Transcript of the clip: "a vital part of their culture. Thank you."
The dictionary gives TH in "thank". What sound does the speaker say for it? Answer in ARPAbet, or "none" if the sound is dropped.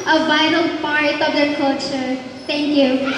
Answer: T